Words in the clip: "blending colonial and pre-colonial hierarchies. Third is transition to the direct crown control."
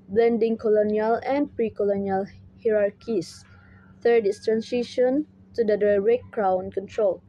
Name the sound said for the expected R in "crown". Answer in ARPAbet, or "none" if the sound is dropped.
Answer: R